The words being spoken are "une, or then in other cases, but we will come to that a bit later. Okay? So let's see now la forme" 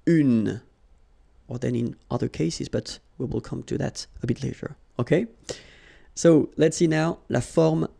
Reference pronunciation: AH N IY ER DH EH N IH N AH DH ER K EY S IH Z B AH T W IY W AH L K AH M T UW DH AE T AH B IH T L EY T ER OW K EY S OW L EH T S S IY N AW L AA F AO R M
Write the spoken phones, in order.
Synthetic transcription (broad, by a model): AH N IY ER DH EH N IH N AH DH ER K EY S IH Z B AH T W IY W AH L K AH M T UW DH AE T AH B IH T L EY T ER OW K EY S OW L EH T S S IY N AW L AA F AO R M